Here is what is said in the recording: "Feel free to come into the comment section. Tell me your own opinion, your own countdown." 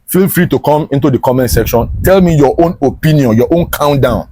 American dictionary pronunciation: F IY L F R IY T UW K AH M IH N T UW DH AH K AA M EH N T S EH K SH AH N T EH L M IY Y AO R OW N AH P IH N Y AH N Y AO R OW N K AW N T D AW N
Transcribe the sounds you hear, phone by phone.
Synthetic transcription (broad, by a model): F IY L F R IY T UW K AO M IH N T UW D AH K AA M EH N T S EH K SH AH N T EH L M IY Y AO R OW N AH P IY N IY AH N Y AO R OW N K AW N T D AW N